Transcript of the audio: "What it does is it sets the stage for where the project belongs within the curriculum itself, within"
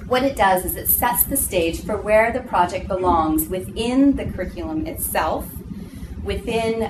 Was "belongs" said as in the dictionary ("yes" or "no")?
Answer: yes